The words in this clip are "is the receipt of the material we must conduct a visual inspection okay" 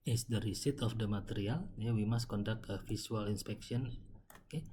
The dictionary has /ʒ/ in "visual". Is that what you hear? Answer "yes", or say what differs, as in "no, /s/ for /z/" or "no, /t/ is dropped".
no, /s/ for /ʒ/